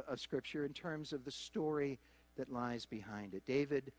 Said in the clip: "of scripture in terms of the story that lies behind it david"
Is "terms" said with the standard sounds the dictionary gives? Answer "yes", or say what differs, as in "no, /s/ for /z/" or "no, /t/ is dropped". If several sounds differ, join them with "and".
yes